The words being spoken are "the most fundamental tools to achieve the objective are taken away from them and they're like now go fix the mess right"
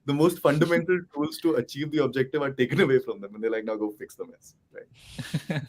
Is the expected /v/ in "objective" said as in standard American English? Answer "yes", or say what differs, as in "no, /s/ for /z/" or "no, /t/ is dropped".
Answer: yes